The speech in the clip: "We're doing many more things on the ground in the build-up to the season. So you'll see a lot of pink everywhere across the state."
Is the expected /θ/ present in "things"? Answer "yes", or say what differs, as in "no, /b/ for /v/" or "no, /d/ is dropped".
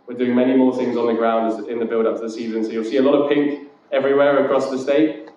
yes